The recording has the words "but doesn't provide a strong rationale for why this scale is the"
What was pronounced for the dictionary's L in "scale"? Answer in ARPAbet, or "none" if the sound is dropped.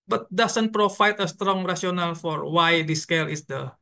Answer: L